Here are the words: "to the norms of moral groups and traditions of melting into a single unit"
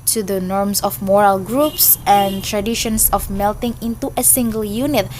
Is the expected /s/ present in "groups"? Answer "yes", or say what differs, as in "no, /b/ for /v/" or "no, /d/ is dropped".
yes